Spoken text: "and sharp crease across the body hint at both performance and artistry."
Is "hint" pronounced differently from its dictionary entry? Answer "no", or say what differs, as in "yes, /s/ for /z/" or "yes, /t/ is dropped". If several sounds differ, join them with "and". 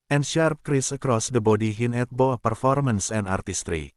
yes, /t/ is dropped